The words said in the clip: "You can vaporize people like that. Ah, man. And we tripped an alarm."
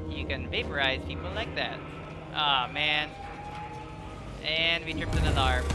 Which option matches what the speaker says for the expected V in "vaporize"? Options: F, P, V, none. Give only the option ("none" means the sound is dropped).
V